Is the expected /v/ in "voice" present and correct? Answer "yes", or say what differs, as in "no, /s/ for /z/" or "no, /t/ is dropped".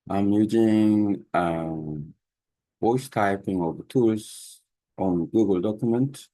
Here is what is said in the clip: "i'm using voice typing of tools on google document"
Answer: no, /w/ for /v/